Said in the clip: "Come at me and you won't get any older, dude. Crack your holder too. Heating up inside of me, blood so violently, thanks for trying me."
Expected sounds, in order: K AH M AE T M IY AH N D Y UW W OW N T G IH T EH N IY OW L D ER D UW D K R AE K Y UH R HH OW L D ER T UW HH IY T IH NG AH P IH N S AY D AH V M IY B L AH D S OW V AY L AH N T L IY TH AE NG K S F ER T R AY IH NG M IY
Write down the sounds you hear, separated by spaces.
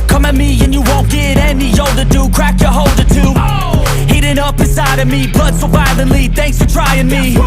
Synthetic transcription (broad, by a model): K AH M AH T M IY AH N Y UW W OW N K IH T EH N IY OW L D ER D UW K R AE K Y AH R HH OW L D ER T UW HH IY T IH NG AH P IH S AY D AH V M IY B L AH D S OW B AY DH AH L IY TH AE NG K S F ER T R AY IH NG M IY